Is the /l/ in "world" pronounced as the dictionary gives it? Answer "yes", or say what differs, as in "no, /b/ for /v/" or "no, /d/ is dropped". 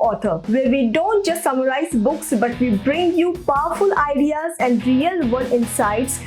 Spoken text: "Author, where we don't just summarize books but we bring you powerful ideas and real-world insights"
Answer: no, /l/ is dropped